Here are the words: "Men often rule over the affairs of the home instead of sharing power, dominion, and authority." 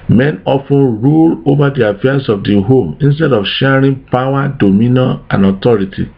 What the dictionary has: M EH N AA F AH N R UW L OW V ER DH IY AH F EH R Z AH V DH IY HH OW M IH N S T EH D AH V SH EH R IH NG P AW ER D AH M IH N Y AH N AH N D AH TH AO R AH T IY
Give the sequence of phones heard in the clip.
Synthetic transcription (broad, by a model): M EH N AA F AH N R UW L OW V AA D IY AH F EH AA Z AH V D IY HH OW M IH N S T EH D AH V SH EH R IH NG P AW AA D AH M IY N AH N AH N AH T AO R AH T IY